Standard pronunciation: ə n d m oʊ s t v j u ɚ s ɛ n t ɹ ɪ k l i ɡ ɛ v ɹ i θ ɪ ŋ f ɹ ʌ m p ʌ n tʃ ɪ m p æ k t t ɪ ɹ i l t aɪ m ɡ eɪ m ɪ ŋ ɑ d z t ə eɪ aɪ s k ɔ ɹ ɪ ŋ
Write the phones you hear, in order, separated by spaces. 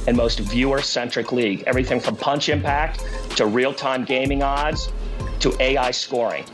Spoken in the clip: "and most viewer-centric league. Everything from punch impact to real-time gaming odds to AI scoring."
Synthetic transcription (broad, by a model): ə n m oʊ s t v j u ɚ s ɛ n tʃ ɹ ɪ k l i ɡ ɛ v ɹ i θ ɪ ŋ f ɹ ʌ m p ʌ n tʃ ɪ m p æ k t t ɪ ɹ i l t aɪ m ɡ eɪ m ɪ ŋ ɑ d z t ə eɪ aɪ s k ɔ ɹ ɪ ŋ